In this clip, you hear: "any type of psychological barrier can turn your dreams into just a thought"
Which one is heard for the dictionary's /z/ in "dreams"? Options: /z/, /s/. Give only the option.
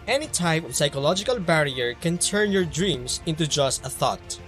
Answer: /s/